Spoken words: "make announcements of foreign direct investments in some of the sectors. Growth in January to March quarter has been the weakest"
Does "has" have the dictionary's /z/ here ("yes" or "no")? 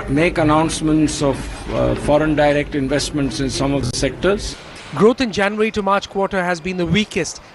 yes